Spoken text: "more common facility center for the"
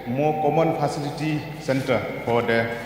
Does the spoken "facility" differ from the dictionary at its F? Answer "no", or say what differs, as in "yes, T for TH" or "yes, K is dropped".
yes, P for F